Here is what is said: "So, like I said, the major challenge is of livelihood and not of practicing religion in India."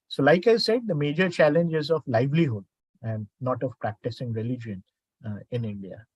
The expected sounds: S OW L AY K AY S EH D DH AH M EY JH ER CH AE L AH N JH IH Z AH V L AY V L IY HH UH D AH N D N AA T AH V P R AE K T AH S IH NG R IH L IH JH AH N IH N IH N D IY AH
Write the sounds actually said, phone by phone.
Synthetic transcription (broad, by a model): S OW L AY K AY S EH D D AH M EY JH ER CH AE L AH N JH IH Z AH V L AY V L IY HH UH D AH N D N AA T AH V P R AE K T AH S IH NG R IH L IH JH AH N IH N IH N D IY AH